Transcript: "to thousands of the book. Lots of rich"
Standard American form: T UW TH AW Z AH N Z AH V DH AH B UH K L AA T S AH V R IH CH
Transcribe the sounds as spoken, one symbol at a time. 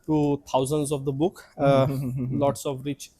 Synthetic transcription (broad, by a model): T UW T AW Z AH N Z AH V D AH B UH K L AA T S AH V R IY CH